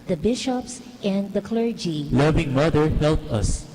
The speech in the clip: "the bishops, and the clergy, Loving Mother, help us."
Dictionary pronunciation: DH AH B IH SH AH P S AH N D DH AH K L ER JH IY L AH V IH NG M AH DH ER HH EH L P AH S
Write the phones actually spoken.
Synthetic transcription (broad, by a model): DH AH B IH SH AH P S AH N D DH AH K L ER JH IY L AH V IH NG M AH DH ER HH EH L P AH S